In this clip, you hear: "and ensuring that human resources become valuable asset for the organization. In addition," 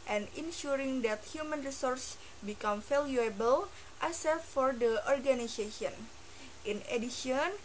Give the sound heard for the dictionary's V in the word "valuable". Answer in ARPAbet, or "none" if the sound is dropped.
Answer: F